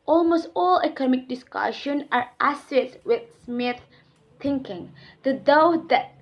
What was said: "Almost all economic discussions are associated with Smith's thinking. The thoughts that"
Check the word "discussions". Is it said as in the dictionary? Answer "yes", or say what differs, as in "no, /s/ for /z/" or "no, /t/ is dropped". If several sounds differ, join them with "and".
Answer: no, /z/ is dropped